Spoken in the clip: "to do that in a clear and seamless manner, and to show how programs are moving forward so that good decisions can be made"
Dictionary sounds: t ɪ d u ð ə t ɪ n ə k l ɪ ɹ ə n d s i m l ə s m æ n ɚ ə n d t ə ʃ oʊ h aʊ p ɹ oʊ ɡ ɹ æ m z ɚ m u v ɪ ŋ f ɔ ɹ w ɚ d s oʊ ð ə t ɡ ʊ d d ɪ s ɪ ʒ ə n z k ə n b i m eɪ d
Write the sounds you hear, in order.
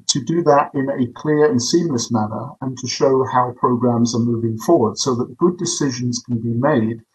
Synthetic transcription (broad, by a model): t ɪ d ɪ ð ə t ɪ n ə k l ɪ ɹ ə n s i m l ə s m æ n ɚ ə n t ə ʃ oʊ h aʊ p ɹ oʊ ɡ ɹ æ m z ɚ m u v ɪ ŋ f ɔ ɹ w ɚ d s oʊ ð ə t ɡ ʊ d d ɪ s ɪ ʒ ə n z k ə n b i m eɪ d